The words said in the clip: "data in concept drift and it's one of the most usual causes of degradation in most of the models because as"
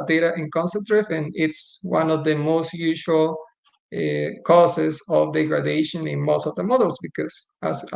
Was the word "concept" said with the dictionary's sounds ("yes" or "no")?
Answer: no